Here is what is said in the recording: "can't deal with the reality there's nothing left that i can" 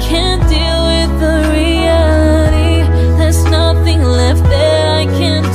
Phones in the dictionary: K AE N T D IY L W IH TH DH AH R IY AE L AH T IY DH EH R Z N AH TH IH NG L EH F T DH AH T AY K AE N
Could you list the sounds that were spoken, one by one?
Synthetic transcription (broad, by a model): K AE N D IY L W IH DH AH R IY AE L AH T IY DH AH R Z N AH TH IH NG L EH F T DH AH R AY K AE N